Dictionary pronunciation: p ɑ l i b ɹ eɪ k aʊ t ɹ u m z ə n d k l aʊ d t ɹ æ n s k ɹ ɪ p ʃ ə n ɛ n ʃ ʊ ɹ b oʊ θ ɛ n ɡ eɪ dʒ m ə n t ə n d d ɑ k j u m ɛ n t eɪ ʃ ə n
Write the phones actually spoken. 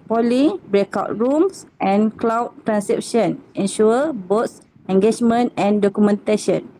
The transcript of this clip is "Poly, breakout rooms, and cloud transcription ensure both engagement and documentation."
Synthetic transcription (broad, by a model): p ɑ l i b ɹ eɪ k aʊ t ɹ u m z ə n k l aʊ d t ɹ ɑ n s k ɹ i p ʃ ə n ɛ n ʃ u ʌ b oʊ s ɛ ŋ ɡ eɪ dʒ m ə n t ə n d d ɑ k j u m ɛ n t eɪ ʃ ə n